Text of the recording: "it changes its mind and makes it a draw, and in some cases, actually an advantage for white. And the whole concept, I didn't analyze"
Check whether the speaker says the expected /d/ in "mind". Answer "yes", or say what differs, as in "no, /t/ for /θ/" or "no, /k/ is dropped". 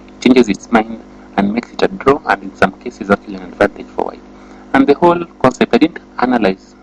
yes